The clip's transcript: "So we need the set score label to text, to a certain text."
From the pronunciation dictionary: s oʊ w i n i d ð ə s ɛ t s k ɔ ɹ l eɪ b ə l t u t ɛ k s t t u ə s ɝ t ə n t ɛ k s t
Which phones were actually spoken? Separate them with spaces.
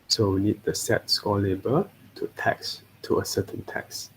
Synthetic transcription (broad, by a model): s oʊ w i n i d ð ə s ɛ t s k ɔ l l eɪ b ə t u t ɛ k s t t u ə s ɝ t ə n t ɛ k s